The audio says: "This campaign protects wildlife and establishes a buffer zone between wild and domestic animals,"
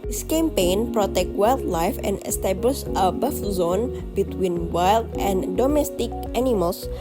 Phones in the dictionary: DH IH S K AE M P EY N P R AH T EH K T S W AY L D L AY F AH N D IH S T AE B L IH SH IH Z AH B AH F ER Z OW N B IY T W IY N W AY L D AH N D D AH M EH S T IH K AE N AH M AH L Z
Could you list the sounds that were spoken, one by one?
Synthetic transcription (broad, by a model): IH S K AE M P EY N P R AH T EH K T W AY L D L AY F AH N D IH S T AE B L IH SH AH B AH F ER Z OW N B IY T W IY N W AY L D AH N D D AH M EH S T IH K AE N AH M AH L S